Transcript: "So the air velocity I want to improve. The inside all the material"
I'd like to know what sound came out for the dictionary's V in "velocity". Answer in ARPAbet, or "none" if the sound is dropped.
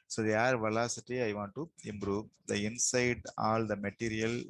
V